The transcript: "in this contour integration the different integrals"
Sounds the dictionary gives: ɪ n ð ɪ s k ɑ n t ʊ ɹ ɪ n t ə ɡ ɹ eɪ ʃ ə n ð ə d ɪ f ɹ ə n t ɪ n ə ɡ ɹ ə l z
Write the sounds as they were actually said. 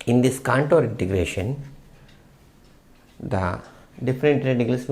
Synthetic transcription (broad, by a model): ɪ n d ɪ s k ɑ n t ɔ ɹ ɪ n t ə ɡ ɹ eɪ ʃ ə n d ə d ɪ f ɹ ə n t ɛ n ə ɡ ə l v